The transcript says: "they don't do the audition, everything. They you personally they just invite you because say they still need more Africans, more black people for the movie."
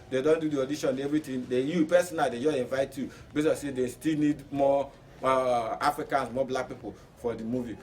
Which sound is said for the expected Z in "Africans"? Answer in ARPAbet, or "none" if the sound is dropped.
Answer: S